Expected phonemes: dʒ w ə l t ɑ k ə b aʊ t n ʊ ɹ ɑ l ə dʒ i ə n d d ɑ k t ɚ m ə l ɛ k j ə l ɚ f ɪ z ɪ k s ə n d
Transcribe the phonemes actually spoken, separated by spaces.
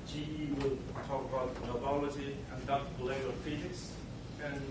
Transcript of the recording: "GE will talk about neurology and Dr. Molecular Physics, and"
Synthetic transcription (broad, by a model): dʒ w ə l t ɑ k ə b aʊ t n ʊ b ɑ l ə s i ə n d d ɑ t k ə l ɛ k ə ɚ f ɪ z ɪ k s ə n